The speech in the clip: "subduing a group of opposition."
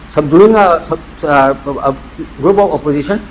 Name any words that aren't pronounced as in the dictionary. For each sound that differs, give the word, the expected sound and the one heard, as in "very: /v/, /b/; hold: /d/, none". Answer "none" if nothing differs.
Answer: of: /v/, /p/